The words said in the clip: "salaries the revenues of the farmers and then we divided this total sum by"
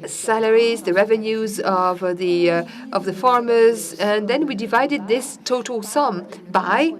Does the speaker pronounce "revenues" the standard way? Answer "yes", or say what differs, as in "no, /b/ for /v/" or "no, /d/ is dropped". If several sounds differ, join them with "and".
yes